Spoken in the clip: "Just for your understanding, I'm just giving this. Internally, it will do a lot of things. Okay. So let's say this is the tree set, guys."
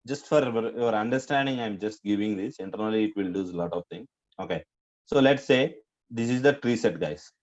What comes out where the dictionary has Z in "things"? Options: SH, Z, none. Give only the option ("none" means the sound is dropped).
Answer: none